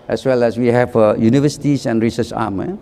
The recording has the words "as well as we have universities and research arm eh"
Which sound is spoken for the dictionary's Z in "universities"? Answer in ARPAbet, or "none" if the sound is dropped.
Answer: S